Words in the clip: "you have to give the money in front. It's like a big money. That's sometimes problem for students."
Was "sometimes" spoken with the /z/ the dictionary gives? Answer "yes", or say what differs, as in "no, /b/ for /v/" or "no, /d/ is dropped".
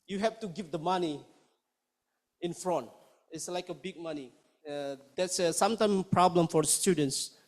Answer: no, /z/ is dropped